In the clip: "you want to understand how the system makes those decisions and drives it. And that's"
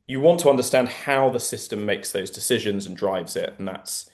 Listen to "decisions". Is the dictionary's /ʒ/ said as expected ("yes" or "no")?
yes